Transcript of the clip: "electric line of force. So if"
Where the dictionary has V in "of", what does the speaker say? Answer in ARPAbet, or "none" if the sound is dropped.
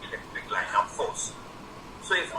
P